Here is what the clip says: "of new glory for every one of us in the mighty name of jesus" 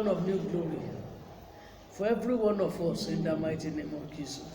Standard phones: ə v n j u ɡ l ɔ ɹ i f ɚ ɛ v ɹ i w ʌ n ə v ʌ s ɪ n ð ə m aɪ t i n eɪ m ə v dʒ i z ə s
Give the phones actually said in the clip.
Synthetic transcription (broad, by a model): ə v n j u ɡ l ɔ ɹ i f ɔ ɛ v ɹ i w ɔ n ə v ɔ s ɪ n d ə m aɪ t i n eɪ m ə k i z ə